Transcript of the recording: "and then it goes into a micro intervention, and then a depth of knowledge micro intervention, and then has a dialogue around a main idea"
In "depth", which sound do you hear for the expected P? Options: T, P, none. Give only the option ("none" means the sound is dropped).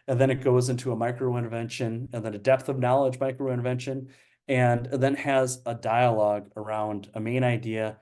P